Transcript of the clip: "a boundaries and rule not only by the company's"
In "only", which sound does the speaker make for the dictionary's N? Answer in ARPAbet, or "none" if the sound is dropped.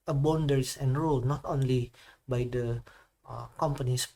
N